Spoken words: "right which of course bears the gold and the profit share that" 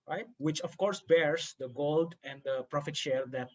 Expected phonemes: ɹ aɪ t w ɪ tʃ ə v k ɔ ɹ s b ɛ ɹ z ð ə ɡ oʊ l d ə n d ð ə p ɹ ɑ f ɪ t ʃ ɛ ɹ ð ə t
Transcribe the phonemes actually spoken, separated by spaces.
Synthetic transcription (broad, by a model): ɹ aɪ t w ɪ tʃ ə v k ɔ ɹ s b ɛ ɹ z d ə ɡ oʊ l d ə n d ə p ɹ ɑ f ɪ t ʃ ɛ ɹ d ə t